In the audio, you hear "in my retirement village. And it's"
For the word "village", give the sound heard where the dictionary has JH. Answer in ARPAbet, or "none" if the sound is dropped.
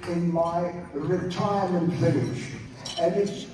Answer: SH